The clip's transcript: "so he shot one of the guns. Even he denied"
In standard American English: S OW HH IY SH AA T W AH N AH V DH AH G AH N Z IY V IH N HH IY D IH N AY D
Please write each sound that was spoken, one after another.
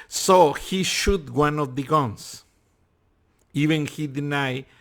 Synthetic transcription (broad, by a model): S OW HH IY SH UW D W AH N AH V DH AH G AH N S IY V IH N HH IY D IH N AY